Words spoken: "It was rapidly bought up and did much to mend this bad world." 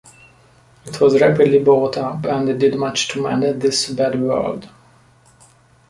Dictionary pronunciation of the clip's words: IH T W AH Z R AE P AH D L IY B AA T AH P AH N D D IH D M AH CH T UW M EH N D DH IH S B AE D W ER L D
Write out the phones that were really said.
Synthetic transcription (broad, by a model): IH T W AH Z R AE P AH D L IY B AA T AH P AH N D D IH D M AH CH T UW M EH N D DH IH S B AE D W ER L D